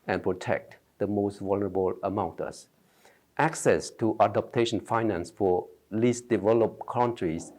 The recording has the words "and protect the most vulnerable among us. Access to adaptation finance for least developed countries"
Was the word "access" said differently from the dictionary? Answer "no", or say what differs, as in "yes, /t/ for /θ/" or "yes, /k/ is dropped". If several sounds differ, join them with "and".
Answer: no